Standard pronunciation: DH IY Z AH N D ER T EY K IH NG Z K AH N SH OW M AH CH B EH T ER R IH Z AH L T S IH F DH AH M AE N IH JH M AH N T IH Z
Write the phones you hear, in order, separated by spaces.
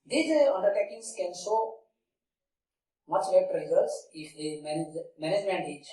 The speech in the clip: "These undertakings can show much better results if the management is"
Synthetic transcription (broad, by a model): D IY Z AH N D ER T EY K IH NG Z K AH N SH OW M AH CH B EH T R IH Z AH T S IH F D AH M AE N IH JH M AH N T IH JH